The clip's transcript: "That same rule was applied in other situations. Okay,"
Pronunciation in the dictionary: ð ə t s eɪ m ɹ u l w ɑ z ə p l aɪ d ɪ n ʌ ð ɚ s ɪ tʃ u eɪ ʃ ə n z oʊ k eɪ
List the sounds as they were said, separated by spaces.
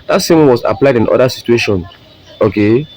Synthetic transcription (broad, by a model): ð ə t s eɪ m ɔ n w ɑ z ə p l aɪ d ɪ n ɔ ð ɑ s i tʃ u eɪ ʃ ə n s oʊ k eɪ